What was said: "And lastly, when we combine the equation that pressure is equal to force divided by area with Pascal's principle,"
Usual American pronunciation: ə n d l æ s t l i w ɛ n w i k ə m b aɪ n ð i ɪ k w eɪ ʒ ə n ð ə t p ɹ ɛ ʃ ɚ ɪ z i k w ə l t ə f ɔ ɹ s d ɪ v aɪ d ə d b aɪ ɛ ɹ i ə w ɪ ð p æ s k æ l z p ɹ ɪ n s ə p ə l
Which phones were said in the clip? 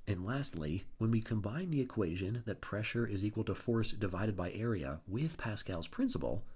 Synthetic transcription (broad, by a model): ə n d l æ s t l i w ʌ n w i k ə m b aɪ n ð i ɪ k w eɪ ʒ ə n ð ə t p ɹ ɛ ʃ ɚ ɪ z i k w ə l t ə f ɔ ɹ s d ɪ v aɪ d ə d b aɪ ɛ ɹ i ə w ɪ ð p æ s k æ l z p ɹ ɪ n s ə p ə l